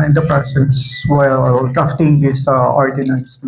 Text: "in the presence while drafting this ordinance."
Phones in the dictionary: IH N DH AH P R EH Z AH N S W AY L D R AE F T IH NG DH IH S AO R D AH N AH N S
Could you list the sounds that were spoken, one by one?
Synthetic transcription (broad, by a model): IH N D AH P R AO S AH S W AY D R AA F T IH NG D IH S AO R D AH N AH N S